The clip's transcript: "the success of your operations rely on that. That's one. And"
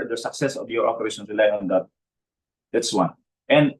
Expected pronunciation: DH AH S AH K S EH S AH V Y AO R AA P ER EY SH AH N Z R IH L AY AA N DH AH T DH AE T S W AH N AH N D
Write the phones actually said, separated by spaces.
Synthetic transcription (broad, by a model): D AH S AH K S EH S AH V Y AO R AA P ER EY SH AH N R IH L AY AA N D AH T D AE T S W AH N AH N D